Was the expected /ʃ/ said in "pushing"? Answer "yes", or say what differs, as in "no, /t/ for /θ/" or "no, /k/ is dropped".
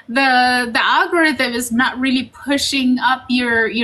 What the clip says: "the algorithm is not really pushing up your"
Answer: yes